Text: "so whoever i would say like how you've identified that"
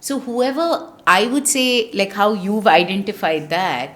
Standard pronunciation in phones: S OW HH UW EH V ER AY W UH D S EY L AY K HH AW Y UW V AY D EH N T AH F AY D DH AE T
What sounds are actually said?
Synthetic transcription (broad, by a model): S OW HH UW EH V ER AY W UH D S EY L AY K HH AW Y UW V AY D EH N T AH F AY D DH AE T